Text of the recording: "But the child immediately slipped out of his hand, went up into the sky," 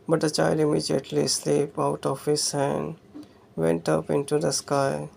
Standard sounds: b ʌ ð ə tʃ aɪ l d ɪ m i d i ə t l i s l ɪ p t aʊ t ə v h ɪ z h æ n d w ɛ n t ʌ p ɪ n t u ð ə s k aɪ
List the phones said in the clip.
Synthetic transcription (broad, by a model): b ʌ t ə tʃ aɪ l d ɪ m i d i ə t l i s l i p aʊ t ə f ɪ s h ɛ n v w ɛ n t ʌ p ɪ n t u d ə s k aɪ